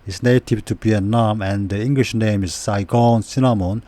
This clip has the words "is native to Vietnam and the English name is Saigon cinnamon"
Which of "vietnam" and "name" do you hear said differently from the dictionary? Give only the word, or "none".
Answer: vietnam